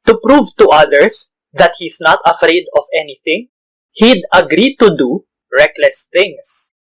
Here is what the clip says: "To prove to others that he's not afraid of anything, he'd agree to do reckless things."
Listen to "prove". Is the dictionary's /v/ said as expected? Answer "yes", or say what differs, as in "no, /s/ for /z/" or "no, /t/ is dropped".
yes